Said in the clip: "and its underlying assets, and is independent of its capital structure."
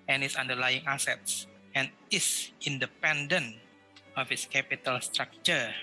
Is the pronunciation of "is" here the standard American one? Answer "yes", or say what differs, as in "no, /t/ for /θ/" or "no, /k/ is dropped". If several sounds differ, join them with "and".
no, /s/ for /z/